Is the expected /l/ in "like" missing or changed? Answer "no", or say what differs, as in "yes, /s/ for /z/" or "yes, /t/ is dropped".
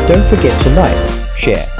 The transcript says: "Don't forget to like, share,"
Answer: yes, /n/ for /l/